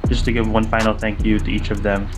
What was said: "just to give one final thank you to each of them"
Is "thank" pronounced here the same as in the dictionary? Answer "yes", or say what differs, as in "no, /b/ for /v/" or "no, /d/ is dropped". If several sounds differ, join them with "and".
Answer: yes